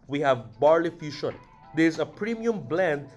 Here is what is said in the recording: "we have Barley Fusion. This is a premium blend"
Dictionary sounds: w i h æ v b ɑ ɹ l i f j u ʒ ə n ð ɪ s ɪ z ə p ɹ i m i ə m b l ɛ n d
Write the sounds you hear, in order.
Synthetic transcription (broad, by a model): w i h æ v b ɑ ɹ l i f j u ʃ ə n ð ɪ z ə p ɹ i m i ə m b l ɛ n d